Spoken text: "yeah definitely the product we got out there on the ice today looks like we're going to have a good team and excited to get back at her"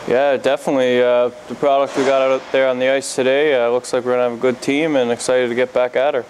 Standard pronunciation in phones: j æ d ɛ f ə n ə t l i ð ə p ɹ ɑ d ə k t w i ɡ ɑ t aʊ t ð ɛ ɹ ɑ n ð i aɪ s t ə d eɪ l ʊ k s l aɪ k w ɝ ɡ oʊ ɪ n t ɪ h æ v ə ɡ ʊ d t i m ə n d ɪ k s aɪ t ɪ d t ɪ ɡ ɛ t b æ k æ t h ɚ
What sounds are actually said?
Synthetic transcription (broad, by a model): j æ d ɛ f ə n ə t l i ð ə p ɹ ɑ d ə k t w i ɡ ɑ t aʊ t ð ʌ ɹ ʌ n ð i aɪ s t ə d eɪ l ʊ k s l aɪ k w ɝ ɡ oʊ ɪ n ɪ v ə ɡ ʊ d t i m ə n ɪ k s aɪ t ɪ d t ɪ ɡ ɛ t b æ k æ t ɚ